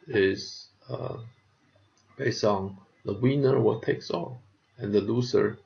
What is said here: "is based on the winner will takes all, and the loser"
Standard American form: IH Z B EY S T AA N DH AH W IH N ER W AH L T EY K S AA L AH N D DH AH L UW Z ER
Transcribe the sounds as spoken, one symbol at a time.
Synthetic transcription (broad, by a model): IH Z B EY S T AA N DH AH W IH N ER W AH T EY K S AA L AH N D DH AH L UW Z ER